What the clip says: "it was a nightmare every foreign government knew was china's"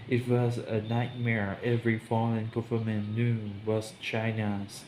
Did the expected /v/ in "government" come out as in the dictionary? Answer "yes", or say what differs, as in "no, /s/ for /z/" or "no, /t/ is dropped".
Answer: no, /f/ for /v/